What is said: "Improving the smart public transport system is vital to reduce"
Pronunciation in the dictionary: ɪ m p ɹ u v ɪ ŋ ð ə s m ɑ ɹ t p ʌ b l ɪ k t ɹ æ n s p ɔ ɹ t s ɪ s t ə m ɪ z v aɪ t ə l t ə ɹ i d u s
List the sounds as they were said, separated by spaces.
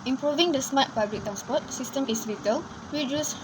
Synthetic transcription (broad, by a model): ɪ m p ɹ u v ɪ ŋ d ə s m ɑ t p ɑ b l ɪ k t ɹ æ n s p ɔ t s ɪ s t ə m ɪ s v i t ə l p ɹ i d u s